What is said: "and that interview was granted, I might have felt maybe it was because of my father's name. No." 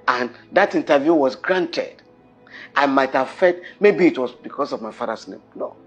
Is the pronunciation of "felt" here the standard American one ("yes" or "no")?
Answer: no